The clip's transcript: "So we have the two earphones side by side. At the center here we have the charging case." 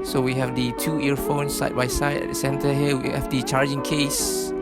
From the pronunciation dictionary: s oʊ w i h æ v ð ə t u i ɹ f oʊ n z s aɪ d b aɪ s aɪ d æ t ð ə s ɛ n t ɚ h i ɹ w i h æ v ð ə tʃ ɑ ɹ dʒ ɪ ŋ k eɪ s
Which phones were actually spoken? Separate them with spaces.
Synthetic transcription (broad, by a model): s oʊ w i h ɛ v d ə t u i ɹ f oʊ n s aɪ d b aɪ s aɪ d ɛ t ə s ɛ n t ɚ h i l w i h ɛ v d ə tʃ ɑ ɹ dʒ ɪ ŋ k eɪ s